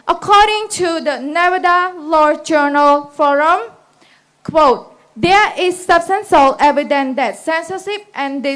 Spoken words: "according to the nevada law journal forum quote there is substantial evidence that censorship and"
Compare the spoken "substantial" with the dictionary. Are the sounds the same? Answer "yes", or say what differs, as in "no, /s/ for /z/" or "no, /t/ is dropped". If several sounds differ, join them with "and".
no, /s/ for /ʃ/